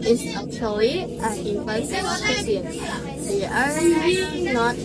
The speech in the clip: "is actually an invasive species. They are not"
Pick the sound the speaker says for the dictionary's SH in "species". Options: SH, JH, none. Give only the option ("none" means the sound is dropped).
none